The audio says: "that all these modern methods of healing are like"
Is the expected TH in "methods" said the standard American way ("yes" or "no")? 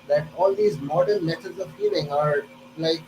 no